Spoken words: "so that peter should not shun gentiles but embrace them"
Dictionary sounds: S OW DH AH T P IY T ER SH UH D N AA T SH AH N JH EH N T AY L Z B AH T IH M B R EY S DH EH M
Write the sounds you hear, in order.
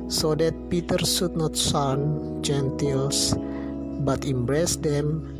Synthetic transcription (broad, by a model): S OW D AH T P IY T ER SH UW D N AA T S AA N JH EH N T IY L S B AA T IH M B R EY S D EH M